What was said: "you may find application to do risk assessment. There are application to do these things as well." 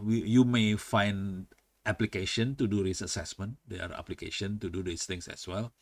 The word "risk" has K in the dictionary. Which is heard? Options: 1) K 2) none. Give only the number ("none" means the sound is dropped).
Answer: 2